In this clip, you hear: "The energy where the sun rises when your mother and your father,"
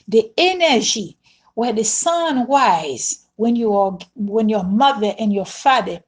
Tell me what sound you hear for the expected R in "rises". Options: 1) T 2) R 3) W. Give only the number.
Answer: 3